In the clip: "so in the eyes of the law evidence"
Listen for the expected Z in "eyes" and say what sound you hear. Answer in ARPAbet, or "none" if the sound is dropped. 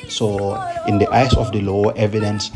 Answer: S